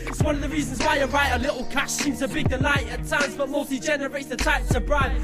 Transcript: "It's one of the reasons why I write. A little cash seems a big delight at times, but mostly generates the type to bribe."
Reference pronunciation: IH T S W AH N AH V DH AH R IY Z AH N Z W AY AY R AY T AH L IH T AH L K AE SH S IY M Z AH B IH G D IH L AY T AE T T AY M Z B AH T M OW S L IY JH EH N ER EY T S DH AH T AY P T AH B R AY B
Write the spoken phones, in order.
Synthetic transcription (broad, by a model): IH T S W AH N AH V DH AH R IY Z AH N Z W AY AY R AY T AH L IH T L K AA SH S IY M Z AH B IH G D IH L AY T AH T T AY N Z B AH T M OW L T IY JH EH N ER EY T S DH AH T AY P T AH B R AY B